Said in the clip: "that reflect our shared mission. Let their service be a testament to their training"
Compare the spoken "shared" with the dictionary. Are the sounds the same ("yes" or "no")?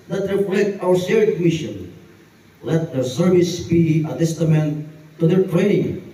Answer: no